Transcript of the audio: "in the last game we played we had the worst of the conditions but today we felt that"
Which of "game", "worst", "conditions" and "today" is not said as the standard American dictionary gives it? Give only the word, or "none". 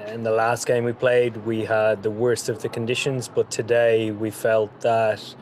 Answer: none